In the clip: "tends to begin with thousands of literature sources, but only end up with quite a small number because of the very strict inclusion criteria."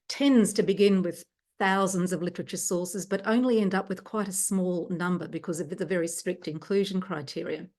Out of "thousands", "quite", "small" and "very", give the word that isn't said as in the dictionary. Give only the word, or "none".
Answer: none